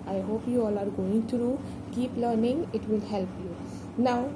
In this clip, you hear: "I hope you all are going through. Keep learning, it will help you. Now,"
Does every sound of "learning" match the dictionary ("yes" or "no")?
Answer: yes